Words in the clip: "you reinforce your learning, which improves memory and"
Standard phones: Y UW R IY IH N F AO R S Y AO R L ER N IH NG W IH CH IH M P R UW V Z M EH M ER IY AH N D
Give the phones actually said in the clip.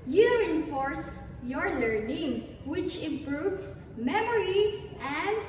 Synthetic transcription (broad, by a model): Y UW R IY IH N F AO R S Y AO R L ER N IH NG W IH CH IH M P R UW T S M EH M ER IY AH N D